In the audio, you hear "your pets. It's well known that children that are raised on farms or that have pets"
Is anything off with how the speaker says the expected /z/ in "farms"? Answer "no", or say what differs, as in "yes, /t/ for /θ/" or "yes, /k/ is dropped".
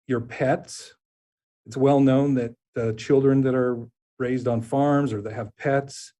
no